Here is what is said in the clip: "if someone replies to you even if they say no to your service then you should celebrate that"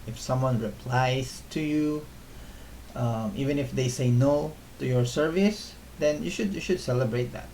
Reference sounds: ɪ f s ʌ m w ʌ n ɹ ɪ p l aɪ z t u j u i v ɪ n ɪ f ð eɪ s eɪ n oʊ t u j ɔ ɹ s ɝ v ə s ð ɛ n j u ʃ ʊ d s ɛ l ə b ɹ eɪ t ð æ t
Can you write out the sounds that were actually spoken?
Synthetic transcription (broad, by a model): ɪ f s ʌ m w ʌ n ɹ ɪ p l aɪ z t u j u i v ɪ n ɪ f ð eɪ s eɪ n oʊ t u j ɔ ɹ s ɝ v ə s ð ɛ n j u ʃ ʊ d s ɛ l ə b ɹ eɪ t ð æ t